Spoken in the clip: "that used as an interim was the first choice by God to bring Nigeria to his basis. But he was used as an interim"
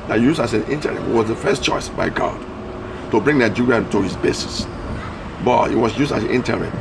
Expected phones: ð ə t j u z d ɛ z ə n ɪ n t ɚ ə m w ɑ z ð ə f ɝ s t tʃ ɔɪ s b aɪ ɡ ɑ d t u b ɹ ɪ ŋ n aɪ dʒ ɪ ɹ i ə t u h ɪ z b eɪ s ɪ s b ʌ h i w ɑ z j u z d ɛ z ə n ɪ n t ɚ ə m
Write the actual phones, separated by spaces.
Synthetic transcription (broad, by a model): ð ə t j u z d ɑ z ə n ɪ n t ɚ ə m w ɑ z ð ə f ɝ s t tʃ ɔɪ s b aɪ ɡ ɑ d t u b ɹ ɪ ŋ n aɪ dʒ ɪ ɹ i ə t u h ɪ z b eɪ s ɪ s b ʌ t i w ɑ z j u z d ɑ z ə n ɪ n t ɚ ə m